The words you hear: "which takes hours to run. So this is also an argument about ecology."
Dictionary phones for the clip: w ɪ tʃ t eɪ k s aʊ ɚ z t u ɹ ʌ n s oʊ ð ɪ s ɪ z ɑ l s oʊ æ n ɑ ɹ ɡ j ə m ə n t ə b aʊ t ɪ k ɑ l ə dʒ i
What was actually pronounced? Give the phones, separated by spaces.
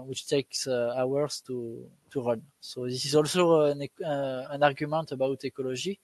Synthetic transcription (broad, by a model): w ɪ tʃ t eɪ k s aʊ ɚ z t u ɹ ʌ n s oʊ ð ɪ s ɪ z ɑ l s oʊ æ n ɑ ɹ ɡ j ə m ə n t ə b aʊ t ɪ k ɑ l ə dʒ i